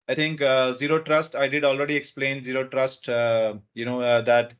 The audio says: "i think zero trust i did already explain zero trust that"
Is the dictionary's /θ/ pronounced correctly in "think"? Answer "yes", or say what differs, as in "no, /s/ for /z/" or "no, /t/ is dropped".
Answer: no, /t/ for /θ/